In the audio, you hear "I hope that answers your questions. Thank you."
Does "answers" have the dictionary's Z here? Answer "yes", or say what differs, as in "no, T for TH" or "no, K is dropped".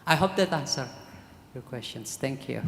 no, Z is dropped